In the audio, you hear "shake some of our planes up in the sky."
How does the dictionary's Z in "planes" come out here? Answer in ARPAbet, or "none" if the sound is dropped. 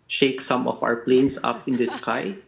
S